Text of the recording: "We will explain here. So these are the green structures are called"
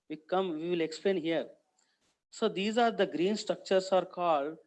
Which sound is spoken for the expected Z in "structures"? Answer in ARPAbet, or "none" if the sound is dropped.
S